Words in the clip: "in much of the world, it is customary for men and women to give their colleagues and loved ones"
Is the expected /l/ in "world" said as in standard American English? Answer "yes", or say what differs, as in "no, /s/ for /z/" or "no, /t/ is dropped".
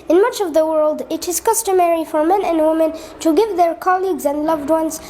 yes